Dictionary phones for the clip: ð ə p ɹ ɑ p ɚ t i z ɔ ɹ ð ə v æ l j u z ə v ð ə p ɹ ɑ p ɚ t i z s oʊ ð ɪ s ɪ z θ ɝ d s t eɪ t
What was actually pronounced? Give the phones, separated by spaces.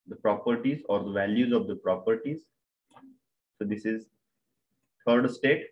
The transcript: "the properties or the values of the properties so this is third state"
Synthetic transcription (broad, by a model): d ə p ɹ ɑ p ɚ t i z ɔ ɹ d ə v æ l j u z ə v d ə p ɹ ɑ p ɚ t i z s oʊ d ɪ s ɪ z t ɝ d s t eɪ t